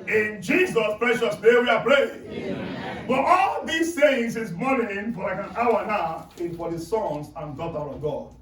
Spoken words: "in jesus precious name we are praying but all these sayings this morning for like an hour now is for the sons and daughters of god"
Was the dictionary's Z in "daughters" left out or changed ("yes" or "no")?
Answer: yes